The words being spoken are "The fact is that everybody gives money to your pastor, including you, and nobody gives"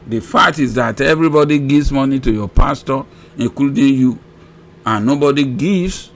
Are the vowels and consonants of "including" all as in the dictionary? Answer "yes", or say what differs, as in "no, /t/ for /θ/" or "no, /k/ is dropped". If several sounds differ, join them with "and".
no, /l/ is dropped